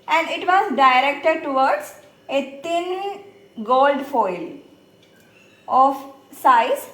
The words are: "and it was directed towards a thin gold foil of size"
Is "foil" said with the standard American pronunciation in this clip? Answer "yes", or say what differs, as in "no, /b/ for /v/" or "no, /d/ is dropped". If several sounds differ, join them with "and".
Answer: yes